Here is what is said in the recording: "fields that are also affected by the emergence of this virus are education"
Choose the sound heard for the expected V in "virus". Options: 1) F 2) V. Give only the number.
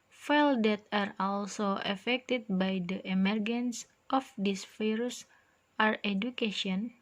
1